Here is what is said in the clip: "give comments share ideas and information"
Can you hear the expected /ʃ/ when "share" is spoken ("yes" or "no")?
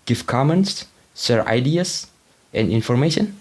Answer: no